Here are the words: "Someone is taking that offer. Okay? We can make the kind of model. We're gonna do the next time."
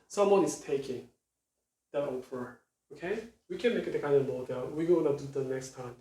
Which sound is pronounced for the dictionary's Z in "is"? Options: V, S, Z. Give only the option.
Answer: S